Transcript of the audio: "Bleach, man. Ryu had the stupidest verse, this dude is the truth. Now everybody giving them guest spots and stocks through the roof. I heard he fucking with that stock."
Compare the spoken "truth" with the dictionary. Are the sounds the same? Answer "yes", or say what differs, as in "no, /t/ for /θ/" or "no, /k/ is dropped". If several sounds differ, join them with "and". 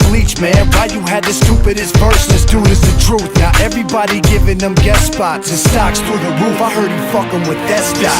yes